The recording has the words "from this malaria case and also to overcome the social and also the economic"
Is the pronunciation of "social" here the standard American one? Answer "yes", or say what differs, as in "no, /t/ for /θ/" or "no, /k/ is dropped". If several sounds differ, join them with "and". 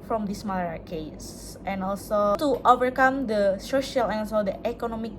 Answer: yes